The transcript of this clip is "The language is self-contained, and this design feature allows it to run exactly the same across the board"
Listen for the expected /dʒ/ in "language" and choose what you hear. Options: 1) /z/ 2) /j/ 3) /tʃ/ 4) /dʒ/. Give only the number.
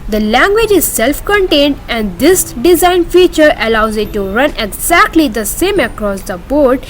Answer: 4